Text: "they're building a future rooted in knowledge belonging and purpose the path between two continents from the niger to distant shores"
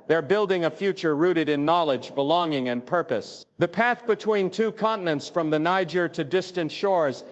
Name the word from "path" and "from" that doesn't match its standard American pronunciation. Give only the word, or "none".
none